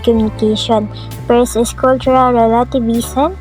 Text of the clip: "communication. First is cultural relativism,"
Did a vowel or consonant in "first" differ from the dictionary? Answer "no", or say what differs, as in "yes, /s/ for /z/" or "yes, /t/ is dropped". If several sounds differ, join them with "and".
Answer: yes, /t/ is dropped